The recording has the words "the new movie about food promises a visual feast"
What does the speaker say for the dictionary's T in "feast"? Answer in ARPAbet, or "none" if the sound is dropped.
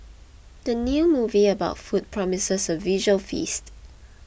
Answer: T